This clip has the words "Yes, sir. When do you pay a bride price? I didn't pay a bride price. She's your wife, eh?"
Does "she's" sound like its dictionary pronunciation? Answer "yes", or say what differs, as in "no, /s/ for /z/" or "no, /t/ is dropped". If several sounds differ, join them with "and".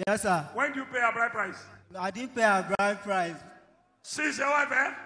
no, /s/ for /ʃ/